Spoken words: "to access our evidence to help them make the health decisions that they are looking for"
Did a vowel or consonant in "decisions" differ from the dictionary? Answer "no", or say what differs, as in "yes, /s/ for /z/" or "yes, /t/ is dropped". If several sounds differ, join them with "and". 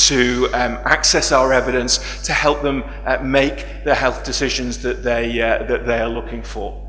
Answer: no